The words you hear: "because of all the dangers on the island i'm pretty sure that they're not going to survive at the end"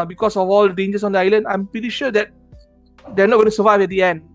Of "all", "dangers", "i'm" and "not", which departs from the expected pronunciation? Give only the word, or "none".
dangers